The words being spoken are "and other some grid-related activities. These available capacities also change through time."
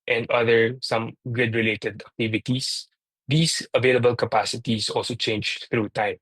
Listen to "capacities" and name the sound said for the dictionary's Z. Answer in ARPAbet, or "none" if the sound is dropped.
S